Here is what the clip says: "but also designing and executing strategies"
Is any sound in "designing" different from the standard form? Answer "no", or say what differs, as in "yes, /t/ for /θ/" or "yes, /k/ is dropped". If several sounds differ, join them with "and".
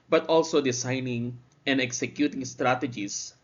yes, /s/ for /z/